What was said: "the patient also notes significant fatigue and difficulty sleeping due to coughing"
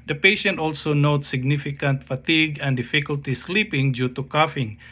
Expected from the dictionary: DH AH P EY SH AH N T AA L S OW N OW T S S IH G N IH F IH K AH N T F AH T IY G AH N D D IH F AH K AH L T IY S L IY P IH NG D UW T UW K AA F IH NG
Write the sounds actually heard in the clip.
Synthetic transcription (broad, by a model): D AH P EY SH AH N T AA L S OW N OW T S S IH G N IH F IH K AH N T F AH T IY G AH N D D IH F AH K AH L T IY S L IY P IH NG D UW T UW K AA F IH NG